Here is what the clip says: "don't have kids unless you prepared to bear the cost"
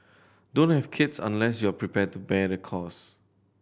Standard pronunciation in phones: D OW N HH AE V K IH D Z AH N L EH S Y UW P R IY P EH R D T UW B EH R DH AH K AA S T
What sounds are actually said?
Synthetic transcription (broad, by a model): D OW N HH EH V K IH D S AH N L EH S Y UW P R IY P EH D T UW B EH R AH K AA S